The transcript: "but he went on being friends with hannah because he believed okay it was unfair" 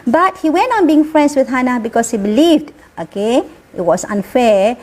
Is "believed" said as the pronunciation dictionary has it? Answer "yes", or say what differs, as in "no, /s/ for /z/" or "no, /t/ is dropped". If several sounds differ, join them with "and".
yes